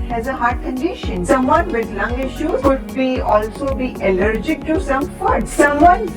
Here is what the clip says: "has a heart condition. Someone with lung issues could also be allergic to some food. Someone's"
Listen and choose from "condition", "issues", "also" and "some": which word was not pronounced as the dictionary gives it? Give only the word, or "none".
issues